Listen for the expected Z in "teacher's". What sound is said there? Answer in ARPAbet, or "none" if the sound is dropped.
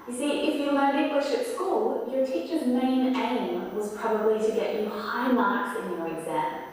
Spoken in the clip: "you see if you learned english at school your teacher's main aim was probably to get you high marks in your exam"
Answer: Z